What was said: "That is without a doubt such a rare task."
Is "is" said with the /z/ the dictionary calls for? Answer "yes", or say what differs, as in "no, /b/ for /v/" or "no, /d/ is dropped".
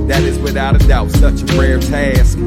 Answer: yes